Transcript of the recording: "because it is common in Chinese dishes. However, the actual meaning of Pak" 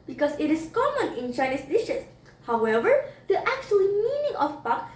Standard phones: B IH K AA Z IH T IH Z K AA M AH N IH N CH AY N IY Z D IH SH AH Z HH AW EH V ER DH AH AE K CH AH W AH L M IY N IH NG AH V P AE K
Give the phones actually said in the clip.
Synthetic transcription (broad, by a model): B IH K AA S IH T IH S K AA M AH N IH N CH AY N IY S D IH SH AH S HH AW EH V ER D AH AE K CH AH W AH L M IY N IH NG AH F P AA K